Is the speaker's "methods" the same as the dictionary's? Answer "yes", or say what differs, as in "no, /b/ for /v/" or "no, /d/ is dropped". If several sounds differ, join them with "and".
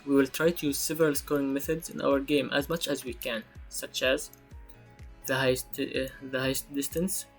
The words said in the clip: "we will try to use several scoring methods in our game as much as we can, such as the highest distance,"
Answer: yes